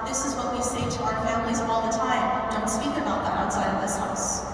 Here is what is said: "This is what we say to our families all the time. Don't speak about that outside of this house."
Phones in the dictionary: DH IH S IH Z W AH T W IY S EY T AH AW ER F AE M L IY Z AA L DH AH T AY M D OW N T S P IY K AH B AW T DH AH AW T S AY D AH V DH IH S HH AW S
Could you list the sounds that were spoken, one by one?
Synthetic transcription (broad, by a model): DH IH S IH Z W AH T W IY S EY T AH AW ER F AE M L IY Z AA L DH AH T AY M D OW N T S P IY K AH B AW T DH AH AW T S AY D AH V DH IH S HH AW S